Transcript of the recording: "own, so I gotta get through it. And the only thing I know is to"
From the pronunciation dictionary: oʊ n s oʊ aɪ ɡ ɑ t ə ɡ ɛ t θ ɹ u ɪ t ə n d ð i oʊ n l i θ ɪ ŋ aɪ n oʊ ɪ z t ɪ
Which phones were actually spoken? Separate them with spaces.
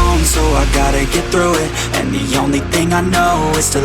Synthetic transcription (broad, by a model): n s oʊ aɪ ɡ ɑ t ə ɡ ɛ t θ ɹ u ɪ t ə n ð i oʊ n l i θ ɪ ŋ aɪ n oʊ ɪ z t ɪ